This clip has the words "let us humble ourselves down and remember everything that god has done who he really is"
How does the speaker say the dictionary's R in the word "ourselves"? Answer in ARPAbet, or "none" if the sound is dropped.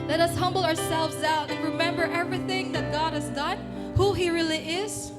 R